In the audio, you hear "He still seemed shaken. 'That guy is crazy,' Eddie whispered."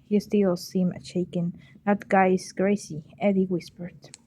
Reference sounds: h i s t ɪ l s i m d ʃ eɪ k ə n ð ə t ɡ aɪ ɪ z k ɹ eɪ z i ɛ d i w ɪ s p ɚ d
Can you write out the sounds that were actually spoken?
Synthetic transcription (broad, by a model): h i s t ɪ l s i m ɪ ʃ eɪ k ə n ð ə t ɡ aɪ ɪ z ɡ ɹ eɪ s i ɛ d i w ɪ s p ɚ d